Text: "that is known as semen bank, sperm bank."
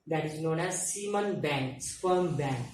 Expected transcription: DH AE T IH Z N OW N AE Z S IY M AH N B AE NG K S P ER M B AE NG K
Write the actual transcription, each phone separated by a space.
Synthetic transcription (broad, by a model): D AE T IH Z N OW N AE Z S IY M AH N B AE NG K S F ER M B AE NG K